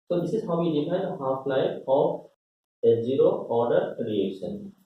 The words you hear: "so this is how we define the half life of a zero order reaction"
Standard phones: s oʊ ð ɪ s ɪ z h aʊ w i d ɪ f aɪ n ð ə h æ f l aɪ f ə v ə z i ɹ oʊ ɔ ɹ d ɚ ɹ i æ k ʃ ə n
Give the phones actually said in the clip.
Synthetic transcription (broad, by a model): s oʊ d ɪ s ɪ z h aʊ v i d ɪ p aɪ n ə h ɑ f l aɪ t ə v ə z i ɹ oʊ ɔ ɹ d ɚ ɹ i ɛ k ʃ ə n